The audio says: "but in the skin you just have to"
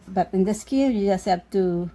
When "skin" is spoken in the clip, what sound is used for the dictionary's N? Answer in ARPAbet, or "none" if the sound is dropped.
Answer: L